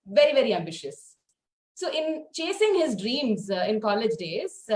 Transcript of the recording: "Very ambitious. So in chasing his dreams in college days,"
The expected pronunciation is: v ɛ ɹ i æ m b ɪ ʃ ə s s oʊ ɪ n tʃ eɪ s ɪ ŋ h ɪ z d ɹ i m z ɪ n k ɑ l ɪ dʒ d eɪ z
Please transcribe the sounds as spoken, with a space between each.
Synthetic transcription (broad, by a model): v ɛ ɹ i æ m b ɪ ʃ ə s s oʊ ɪ n tʃ eɪ s ɪ ŋ h ɪ z d ɹ i m z ɪ n k ɑ l ɪ dʒ d eɪ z